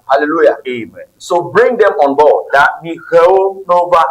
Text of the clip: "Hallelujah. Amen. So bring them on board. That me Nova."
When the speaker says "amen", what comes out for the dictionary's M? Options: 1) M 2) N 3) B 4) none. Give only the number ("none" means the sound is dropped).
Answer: 1